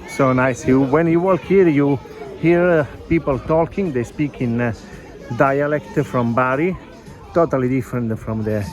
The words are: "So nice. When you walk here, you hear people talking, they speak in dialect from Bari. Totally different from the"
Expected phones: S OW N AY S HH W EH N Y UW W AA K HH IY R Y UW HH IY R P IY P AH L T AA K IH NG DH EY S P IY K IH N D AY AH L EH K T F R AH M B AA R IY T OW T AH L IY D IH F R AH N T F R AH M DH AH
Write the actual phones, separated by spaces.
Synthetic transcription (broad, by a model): S OW N AY S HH W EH N Y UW W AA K HH IY R Y UW HH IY R P IY P AH L T AA K IH NG DH EY S P IY K IH N D AY AH L EH K T F R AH M B AA R IY T OW T AH L IY D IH F R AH N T F R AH M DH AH